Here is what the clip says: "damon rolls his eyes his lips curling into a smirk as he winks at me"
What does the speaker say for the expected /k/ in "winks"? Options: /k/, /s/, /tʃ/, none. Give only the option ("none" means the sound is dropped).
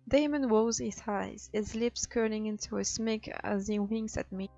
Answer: none